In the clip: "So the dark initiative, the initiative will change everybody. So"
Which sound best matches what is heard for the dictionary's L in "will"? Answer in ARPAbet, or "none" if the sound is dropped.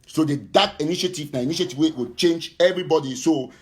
W